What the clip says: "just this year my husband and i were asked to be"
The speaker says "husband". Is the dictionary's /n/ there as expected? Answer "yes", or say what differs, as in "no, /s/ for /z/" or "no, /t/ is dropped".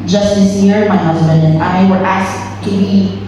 yes